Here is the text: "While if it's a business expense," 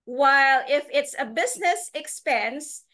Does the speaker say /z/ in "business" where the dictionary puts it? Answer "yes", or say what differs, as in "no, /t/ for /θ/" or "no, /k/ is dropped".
yes